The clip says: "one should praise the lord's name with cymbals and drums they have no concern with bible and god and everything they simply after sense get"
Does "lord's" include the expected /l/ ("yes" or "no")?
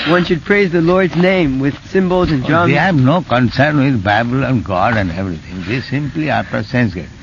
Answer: yes